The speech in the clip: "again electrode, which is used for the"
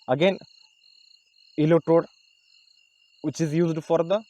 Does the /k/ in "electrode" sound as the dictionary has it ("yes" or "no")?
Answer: no